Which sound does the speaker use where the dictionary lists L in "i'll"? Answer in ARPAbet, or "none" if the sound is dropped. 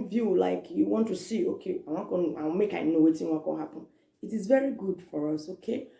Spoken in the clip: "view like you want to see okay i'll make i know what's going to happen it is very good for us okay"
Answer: N